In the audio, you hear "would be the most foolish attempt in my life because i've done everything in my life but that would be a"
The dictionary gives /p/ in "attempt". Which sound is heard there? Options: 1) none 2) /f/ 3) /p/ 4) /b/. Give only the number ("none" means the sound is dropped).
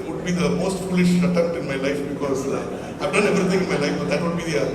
1